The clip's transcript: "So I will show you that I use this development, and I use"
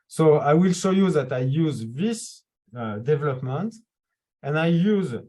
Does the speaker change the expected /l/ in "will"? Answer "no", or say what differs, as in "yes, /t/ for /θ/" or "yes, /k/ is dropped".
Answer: no